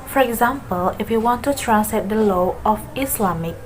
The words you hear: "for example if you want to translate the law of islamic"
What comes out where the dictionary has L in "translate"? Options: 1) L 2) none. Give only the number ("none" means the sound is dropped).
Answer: 2